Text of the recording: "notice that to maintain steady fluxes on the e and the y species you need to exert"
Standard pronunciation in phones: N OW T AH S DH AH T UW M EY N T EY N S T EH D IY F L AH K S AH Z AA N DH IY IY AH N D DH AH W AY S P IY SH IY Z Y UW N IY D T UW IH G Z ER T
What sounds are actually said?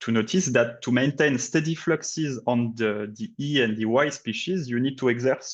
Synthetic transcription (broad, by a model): N OW T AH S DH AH T UW M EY N T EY N S T EH D IY F L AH K S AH Z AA N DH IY IY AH N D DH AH W AY S P IY SH IY Z Y UW N IY D T UW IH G Z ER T